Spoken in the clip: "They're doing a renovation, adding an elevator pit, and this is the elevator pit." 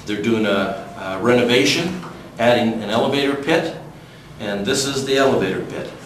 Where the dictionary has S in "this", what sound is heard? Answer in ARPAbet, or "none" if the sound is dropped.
S